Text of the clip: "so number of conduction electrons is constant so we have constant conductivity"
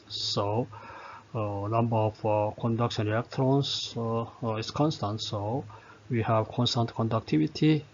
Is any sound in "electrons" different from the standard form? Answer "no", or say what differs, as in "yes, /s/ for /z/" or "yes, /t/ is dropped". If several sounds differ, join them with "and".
yes, /l/ is dropped